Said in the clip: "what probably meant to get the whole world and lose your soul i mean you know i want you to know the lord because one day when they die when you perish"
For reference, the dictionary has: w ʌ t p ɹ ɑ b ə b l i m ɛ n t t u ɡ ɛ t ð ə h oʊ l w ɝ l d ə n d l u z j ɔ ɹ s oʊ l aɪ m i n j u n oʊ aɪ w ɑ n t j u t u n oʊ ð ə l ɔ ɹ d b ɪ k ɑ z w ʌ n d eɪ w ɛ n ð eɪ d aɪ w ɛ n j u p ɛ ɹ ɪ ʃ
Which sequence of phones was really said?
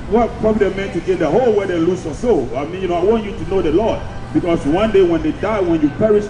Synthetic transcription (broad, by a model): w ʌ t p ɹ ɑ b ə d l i m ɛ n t t u ɡ ɛ t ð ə h oʊ l w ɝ d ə l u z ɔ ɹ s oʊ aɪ m i n j u n oʊ aɪ w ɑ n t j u t u n oʊ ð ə l ɔ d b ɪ k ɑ s w ʌ n d eɪ w ɛ n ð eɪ d aɪ w ɛ n j u p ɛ ɹ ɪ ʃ